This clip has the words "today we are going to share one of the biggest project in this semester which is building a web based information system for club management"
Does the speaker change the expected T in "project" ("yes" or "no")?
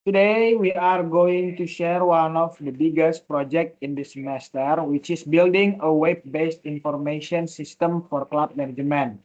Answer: no